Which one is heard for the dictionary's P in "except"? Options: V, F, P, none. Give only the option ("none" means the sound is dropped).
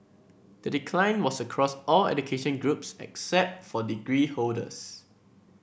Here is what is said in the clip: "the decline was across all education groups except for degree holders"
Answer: P